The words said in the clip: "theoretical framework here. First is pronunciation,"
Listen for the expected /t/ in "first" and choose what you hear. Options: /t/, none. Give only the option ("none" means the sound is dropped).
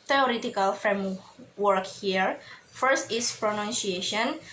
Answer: /t/